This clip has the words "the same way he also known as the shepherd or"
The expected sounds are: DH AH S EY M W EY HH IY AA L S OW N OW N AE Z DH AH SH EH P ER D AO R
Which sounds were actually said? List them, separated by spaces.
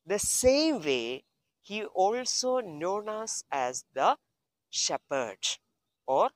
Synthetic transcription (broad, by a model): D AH S EY M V EY HH IY AA L S OW N OW N AE Z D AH SH EH P ER D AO R